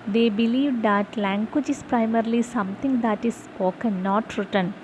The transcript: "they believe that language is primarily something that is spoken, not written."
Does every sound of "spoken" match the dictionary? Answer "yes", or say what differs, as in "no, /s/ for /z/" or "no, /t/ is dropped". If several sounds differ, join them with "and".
no, /p/ is dropped